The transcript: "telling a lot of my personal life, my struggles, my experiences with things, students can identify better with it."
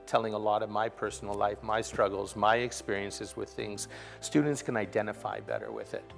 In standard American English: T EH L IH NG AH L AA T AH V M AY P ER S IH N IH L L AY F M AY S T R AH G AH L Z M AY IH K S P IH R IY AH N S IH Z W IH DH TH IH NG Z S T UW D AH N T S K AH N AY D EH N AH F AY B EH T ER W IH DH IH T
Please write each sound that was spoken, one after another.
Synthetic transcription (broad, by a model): T EH L IH NG AH L AA T AH V M AY P ER S N L L AY F M AY S T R AH G L Z M AY IH K S P IH R IY AH N S IH Z W IH DH TH IH NG Z S T UW D N T S K AH N AY D EH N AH F AY B EH T ER W IH DH IH T